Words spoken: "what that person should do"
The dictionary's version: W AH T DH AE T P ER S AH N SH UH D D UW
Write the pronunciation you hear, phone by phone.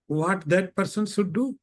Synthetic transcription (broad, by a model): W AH T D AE T P ER S AH N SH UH D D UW